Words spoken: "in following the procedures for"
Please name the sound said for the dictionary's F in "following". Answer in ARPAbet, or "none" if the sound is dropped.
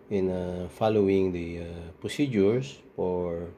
F